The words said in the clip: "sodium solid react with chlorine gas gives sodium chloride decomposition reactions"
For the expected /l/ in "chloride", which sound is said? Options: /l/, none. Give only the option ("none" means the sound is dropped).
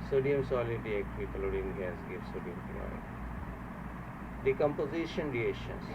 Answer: none